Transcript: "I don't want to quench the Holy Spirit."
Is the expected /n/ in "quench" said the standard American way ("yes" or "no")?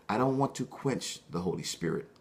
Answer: yes